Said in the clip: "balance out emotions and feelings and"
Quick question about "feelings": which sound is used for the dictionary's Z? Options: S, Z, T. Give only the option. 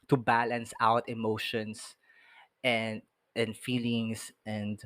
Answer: S